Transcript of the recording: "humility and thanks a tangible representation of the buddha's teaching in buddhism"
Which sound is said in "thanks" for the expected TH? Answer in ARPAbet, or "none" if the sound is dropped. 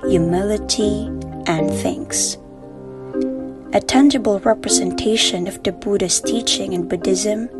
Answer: TH